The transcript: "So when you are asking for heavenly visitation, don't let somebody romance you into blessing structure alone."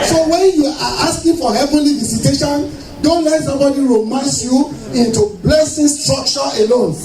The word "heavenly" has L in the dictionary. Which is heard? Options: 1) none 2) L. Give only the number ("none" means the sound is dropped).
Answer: 2